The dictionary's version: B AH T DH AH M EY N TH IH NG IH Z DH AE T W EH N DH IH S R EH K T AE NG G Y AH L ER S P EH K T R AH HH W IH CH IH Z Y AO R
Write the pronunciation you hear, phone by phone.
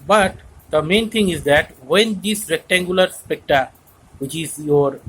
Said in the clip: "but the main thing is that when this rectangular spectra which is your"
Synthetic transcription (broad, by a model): B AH T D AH M EY N T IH NG IH Z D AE T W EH N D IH S R EH K T AE NG G Y AH L ER S P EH K T AH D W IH CH IH Z Y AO R